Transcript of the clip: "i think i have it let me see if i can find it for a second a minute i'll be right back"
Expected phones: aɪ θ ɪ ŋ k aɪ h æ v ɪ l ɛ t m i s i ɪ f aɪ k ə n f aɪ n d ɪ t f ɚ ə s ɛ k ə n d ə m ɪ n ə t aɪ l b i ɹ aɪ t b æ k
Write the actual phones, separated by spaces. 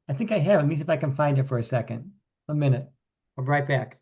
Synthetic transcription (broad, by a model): aɪ θ ɪ ŋ k aɪ h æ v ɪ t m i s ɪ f aɪ k ə n f aɪ n d ɪ t f ɚ ə s ɛ k ə n d ə m ɪ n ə t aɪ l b ɹ aɪ t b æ k